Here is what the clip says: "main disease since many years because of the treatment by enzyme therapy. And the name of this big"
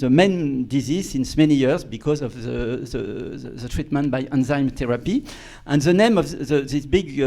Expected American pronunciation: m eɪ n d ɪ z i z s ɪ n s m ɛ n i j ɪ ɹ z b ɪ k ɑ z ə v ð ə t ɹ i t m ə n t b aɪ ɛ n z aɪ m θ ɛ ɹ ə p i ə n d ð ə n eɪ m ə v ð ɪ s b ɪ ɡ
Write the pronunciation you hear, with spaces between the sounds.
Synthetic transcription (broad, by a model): m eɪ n d ɪ z i z s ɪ n s m ɛ n i j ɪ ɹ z b ɪ k ɑ z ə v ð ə t ɹ i t m ə n t b aɪ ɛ n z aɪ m t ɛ ɹ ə p i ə n ð ə n eɪ m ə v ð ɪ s b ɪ ɡ